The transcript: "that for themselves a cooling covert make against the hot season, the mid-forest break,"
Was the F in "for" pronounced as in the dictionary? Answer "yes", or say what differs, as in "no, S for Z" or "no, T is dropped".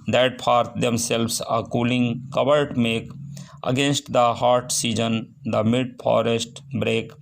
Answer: no, P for F